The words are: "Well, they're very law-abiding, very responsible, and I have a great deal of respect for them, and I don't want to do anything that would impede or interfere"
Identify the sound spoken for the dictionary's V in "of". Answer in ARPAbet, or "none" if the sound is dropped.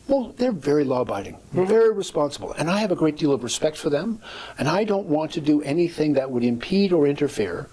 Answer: V